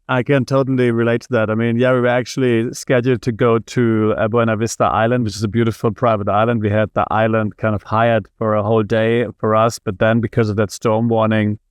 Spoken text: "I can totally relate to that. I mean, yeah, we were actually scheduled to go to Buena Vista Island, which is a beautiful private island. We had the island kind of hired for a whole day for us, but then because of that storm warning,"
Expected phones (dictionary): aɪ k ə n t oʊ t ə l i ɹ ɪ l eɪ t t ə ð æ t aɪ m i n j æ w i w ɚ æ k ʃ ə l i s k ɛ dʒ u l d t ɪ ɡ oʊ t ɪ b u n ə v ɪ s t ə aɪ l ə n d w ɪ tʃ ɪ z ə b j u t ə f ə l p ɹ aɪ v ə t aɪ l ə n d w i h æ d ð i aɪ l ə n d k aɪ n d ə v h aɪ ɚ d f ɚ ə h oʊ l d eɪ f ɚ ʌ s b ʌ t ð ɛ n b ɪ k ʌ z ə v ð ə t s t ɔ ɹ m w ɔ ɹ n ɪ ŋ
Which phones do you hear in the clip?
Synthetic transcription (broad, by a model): aɪ k ə n t oʊ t l i ɹ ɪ l eɪ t t ə ð æ t aɪ m i n j æ w i w ɚ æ k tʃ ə l i s k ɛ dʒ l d t ɪ ɡ oʊ t ɪ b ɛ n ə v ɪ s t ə aɪ l ə n d w ɪ tʃ ɪ z ə b j u t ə f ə l p ɹ aɪ v ə t aɪ l ə n d w i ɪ d ð i aɪ l ə n d k aɪ n d ə v h aɪ ɚ d f ɚ ə h oʊ l d eɪ f ɚ ʌ s b ʌ t ð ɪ n b ɪ k ʌ z ə v ð ə t s t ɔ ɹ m w ɔ ɹ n ɪ ŋ